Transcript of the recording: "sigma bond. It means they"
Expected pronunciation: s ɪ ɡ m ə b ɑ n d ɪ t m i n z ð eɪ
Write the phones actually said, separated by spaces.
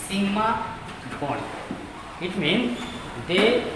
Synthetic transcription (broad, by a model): s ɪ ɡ m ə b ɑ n ɪ t m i n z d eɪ